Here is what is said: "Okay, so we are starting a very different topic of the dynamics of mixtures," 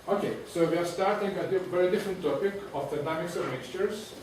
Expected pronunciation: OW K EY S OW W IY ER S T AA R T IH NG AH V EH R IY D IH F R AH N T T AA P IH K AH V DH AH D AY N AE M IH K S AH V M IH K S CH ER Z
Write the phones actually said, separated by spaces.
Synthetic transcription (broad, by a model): OW K EY S OW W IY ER S T AA R T IH NG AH V EH R IY D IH F R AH N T T AA P IH K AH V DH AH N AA IH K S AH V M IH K S CH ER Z